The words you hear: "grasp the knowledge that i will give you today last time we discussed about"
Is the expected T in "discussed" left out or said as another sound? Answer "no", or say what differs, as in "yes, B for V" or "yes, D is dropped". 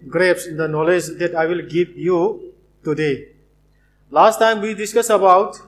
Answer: yes, T is dropped